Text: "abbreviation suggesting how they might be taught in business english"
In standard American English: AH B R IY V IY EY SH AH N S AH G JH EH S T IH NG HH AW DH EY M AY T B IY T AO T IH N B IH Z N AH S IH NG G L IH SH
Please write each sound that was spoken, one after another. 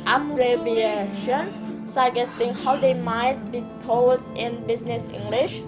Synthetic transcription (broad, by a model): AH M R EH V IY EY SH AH N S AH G EH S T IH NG HH AW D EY M AY T B IY T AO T IH N B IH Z N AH S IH NG G L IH SH